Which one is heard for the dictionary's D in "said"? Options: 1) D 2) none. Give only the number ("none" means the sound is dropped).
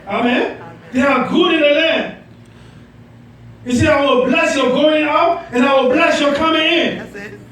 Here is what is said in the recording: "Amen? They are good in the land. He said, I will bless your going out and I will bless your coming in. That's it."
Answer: 2